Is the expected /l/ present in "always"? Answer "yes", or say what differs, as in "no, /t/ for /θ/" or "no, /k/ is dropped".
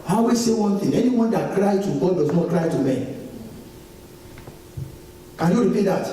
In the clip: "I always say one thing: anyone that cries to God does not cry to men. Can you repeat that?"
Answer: no, /l/ is dropped